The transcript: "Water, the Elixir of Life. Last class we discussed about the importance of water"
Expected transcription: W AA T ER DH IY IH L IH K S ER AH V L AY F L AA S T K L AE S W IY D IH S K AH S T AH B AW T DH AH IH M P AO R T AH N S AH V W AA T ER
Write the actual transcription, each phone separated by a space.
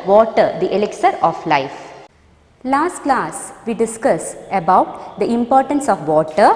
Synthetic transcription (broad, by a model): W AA T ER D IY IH L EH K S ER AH F L AY F L AA S T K L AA S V IY D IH S K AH S AH B AW T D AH IH M P AO R T AH N S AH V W AA T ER